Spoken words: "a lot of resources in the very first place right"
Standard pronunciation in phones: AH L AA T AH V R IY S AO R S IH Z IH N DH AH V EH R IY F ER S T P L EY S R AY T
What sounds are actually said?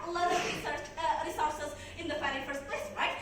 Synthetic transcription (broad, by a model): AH L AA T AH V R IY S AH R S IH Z IH N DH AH F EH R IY F ER S T P L EY S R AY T